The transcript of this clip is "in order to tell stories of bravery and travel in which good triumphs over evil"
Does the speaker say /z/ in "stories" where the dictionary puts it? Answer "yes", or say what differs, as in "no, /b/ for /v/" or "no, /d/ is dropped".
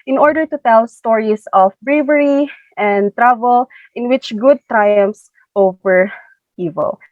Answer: no, /s/ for /z/